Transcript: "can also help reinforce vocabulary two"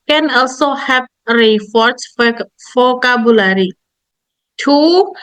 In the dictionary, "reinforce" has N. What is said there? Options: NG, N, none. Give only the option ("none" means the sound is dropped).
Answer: none